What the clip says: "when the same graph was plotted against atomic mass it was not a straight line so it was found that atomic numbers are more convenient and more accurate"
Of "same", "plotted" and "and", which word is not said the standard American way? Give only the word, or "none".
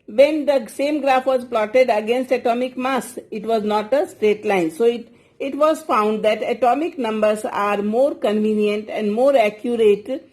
none